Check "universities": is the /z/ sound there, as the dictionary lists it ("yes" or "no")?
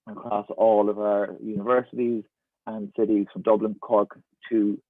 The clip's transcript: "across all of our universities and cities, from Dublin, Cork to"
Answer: yes